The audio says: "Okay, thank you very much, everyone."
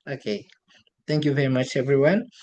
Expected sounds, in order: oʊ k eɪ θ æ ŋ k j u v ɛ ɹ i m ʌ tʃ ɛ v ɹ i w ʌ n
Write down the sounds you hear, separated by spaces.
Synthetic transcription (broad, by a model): oʊ k eɪ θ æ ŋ k j u v ɛ ɹ i m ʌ tʃ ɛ v ɹ i w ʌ n